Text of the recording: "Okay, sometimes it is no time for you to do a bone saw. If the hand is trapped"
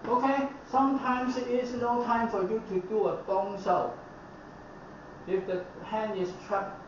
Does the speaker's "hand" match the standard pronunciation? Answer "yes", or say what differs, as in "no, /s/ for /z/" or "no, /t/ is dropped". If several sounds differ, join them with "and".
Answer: no, /d/ is dropped